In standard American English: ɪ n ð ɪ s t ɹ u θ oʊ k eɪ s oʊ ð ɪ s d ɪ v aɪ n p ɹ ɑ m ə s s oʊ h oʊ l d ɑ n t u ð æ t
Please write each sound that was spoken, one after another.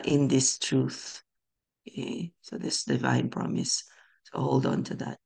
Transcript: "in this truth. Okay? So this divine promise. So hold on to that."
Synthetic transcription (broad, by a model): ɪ n ð ɪ s t ɹ u θ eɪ s oʊ ð ɪ s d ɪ v aɪ n p ɹ ɑ m ə s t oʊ h oʊ l d ɑ n t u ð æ t